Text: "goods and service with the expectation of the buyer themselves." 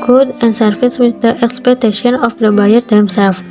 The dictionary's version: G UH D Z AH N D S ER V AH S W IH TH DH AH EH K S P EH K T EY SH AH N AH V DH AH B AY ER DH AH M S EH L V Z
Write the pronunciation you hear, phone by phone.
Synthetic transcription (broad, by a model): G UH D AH N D S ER F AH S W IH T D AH EH K S P EH K T EY SH AH N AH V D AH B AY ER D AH M S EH L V